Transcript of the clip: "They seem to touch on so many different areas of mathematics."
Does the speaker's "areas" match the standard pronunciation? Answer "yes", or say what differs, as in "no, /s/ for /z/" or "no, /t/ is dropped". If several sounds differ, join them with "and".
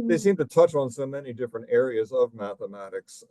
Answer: yes